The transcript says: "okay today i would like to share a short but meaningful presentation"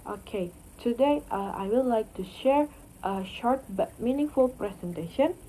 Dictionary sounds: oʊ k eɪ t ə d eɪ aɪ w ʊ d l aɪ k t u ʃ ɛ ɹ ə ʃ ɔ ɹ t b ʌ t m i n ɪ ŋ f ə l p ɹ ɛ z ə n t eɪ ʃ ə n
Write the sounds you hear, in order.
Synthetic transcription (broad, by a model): oʊ k eɪ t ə d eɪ aɪ w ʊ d l aɪ k t u ʃ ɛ ɹ ə ʃ ɔ ɹ t b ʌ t m i n ɪ ŋ f ə l p ɹ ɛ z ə n t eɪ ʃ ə n